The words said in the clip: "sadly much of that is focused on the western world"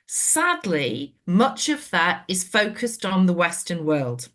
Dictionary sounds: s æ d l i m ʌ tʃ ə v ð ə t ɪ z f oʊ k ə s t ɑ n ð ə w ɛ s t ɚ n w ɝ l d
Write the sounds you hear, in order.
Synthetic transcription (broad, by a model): s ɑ d l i m ʌ tʃ ə v ð ə t ɪ z f oʊ k ə s t n ð ə w ɛ s t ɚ n w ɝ l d